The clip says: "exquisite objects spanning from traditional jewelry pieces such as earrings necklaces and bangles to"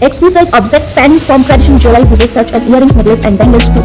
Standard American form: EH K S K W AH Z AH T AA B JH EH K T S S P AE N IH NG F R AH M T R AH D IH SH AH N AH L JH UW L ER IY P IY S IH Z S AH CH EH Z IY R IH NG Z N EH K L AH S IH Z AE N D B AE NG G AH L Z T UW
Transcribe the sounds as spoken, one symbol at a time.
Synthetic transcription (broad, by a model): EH K S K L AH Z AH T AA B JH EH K T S S P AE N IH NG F R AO M T R AH D IH SH AH N AH L JH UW L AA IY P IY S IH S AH CH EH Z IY R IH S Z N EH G L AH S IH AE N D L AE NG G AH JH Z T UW